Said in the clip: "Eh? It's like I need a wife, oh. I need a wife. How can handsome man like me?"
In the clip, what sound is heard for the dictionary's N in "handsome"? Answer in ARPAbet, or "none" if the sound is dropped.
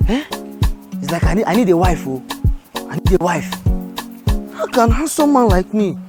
none